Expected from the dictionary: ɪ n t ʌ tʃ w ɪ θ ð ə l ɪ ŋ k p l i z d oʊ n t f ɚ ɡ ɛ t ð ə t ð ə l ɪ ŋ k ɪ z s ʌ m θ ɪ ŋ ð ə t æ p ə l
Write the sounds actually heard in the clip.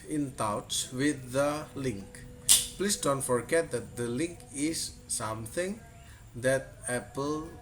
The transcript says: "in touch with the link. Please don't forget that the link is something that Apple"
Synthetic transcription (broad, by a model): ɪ n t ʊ s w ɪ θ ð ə l ɪ ŋ k p l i s d oʊ n t f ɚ ɡ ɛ t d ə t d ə l ɪ ŋ k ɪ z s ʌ m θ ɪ ŋ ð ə t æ p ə l